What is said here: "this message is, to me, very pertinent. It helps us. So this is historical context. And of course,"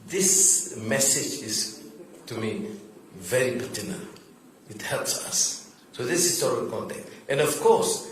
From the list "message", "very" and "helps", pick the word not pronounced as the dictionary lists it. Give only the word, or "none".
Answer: none